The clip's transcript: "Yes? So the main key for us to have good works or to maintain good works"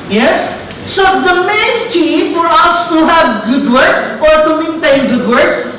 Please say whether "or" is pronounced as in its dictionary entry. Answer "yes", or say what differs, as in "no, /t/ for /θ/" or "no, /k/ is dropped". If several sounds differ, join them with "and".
yes